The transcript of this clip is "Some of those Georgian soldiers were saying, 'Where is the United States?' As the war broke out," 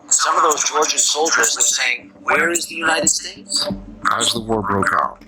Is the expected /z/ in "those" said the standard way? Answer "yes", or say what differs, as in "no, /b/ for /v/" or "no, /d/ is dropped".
yes